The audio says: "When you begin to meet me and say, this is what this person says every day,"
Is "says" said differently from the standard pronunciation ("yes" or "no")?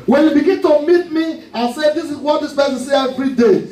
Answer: yes